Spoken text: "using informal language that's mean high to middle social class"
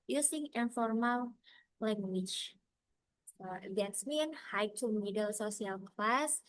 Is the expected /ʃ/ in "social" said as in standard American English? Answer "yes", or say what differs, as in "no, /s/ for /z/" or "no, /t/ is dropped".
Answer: no, /s/ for /ʃ/